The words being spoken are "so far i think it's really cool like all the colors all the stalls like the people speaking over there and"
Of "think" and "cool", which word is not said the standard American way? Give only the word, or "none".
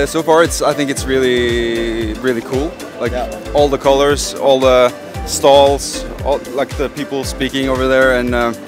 none